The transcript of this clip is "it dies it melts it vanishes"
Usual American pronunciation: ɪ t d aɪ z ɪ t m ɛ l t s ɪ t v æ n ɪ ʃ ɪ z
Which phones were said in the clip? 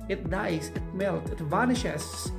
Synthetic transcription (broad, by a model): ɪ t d aɪ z ɪ t m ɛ l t ɪ t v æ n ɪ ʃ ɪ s